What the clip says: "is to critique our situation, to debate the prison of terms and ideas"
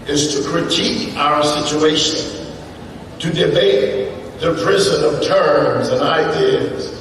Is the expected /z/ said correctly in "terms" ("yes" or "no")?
yes